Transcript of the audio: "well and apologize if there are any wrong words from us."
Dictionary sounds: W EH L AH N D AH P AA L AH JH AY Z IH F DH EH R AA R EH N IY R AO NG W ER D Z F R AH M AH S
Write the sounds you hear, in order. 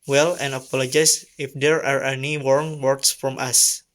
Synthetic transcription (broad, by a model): W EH L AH N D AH P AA L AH JH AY S IH F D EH R AA R EH N IY W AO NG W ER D S F R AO M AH S